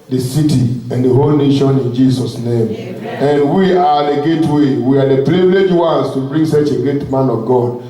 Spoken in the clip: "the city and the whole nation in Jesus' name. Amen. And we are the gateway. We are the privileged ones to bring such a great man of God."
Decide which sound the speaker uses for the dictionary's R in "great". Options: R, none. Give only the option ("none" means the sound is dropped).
none